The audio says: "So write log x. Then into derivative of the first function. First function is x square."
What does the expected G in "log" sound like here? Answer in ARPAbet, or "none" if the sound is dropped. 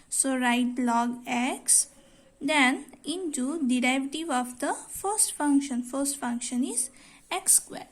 G